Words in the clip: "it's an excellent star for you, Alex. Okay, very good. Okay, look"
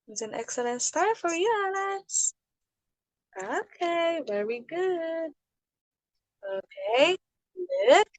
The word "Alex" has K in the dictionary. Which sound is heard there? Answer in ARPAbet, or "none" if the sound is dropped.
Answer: none